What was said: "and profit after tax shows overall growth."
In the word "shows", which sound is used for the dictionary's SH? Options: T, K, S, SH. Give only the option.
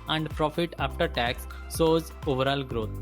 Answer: S